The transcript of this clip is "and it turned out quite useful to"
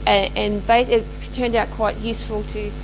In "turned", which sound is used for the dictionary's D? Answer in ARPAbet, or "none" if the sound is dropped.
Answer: D